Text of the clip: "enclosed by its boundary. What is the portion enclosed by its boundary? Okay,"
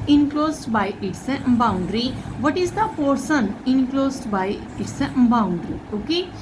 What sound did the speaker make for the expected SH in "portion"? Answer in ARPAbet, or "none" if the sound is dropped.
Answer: S